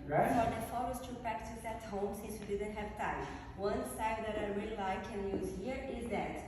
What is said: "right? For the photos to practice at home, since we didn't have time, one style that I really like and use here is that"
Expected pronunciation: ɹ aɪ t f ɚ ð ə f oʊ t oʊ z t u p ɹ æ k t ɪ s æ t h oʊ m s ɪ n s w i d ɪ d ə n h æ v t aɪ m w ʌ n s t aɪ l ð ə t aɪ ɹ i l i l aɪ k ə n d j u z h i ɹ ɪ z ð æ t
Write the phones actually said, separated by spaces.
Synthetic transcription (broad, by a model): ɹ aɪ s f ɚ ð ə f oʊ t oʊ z t u p ɹ æ k t ɪ s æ t h oʊ m s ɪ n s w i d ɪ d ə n h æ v t aɪ m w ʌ n s aɪ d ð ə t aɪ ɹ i i l aɪ k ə n j u z h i ɹ ɪ z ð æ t